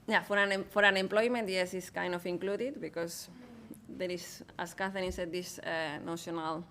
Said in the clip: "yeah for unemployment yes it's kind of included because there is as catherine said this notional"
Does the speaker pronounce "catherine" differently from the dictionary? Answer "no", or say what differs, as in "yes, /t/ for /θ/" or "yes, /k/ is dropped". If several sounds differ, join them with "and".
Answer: yes, /ɹ/ is dropped